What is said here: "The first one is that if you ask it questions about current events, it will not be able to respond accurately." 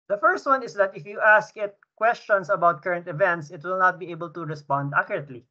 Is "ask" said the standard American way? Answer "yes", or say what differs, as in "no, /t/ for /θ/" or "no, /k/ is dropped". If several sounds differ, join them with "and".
yes